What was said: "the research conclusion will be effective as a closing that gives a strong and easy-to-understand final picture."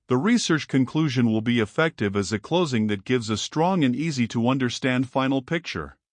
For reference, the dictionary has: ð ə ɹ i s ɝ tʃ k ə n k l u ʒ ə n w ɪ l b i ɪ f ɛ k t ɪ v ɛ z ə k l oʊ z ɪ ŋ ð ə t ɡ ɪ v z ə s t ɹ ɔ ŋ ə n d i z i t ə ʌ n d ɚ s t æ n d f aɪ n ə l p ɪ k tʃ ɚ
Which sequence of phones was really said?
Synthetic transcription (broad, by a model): ð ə ɹ i s ɝ tʃ k ə n k l u ʒ ə n w ɪ l b i ɪ f ɛ k t ɪ v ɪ z ə k l oʊ z ɪ ŋ ð ə t ɡ ɪ v z ə s t ɹ ɔ ŋ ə n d i z i t ə ʌ n d ɚ s t æ n d f aɪ n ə l p ɪ k tʃ ɚ